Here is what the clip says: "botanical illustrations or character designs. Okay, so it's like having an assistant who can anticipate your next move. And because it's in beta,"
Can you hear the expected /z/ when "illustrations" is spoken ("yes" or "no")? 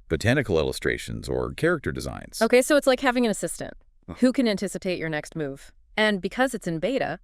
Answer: yes